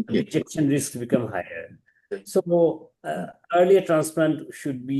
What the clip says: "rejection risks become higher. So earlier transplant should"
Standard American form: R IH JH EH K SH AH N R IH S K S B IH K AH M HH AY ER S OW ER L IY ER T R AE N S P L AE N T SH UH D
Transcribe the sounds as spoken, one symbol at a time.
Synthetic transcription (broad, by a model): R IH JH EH K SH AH N R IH S K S B IH K AH M HH AY ER S OW ER L IY ER T R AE N S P L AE N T SH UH D